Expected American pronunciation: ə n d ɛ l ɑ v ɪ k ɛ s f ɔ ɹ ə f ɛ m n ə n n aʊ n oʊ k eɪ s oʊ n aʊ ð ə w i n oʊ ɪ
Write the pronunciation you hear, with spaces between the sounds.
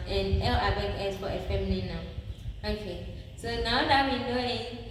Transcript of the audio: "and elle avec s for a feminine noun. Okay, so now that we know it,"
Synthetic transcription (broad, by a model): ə n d ɛ l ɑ b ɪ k ɛ s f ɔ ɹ ə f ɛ m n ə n n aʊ oʊ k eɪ s oʊ n aʊ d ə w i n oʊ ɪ